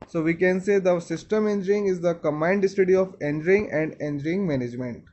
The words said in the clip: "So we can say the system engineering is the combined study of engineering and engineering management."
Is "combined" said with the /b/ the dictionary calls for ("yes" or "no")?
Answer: no